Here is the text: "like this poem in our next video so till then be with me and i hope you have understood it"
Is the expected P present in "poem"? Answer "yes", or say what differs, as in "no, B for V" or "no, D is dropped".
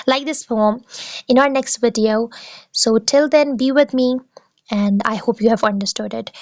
no, F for P